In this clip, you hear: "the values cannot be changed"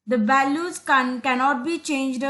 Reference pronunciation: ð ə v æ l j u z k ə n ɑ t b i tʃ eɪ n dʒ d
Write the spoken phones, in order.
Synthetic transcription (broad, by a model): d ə b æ l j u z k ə n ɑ t b i tʃ eɪ n dʒ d